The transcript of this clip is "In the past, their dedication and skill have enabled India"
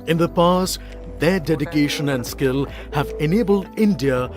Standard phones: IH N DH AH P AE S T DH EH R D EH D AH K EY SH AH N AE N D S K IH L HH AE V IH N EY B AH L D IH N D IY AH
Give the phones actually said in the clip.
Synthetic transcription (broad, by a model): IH N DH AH P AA S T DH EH D EH D AH K EY SH AH N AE N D S K IH L HH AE V IH N EY B AH L D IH N D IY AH